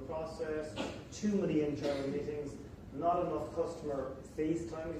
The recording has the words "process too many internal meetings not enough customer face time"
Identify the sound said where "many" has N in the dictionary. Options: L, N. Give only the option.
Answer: L